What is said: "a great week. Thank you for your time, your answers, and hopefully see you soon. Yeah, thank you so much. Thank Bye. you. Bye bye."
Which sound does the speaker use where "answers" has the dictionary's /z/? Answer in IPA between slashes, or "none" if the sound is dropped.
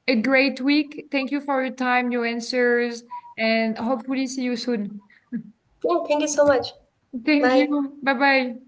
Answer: /z/